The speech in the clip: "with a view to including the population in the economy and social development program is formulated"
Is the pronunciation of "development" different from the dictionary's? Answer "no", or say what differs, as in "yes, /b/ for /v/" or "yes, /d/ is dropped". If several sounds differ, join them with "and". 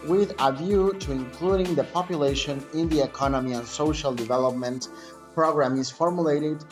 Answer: no